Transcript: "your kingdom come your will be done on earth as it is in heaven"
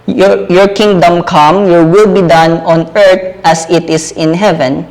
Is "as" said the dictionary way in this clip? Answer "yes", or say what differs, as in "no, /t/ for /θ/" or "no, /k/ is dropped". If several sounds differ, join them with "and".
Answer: no, /s/ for /z/